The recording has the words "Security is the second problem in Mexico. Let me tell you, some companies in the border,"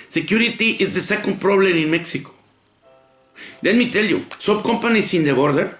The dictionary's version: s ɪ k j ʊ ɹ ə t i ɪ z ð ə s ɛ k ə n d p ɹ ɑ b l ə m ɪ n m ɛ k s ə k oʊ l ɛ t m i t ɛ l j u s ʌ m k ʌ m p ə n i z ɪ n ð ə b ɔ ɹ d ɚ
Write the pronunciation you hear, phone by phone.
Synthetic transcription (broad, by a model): s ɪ k j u ɹ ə t i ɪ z ð ə s ɛ k ə n d p ɹ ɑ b l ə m ɪ n m ɛ k s ə k oʊ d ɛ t m i t ɛ l j u s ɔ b k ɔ m p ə n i s ɪ n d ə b ɔ ɹ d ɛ